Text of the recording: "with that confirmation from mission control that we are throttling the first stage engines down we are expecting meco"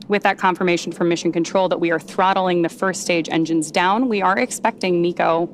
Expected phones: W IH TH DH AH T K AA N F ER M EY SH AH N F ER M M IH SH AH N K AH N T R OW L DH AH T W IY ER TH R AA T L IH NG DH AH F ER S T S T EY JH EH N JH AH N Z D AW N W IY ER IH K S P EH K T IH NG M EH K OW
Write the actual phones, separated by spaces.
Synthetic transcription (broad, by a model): W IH DH AH T K AA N F ER M EY SH N F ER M M IH SH AH N K AH N T R OW L DH AH T W IY ER TH R AA T L IH NG DH AH F ER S S T EY JH EH N JH AH N Z D AW N W IY ER IH K S P EH K T IH NG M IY K OW